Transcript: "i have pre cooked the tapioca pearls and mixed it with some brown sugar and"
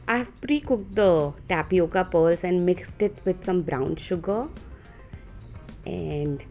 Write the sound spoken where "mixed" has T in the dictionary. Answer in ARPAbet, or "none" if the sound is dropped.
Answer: T